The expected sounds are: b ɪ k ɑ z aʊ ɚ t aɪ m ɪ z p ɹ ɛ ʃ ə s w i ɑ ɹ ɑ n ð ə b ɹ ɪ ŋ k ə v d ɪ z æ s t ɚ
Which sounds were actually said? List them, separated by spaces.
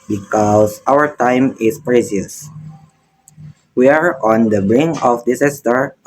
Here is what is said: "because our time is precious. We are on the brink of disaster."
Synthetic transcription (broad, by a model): b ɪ k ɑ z aʊ ɚ t aɪ m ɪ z p ɹ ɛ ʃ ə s w i ɑ ɹ ɑ n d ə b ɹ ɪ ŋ ə f d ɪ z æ s t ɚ